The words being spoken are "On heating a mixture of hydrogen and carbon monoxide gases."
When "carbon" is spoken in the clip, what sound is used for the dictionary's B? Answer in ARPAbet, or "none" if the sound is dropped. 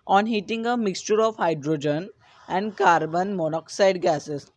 B